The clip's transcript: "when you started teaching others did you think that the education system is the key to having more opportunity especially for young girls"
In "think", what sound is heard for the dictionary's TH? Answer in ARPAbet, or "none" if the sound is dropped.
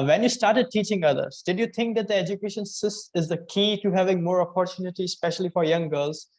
T